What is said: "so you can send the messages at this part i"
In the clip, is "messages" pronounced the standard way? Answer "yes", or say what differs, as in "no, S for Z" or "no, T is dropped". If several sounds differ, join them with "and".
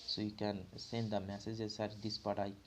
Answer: no, S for Z